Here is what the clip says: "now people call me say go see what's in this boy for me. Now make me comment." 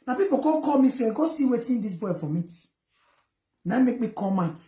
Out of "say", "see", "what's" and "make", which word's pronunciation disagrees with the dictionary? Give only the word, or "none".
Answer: what's